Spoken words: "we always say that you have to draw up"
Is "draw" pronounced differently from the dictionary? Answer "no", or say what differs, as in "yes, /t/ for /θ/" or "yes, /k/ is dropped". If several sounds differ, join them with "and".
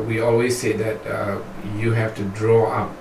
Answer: no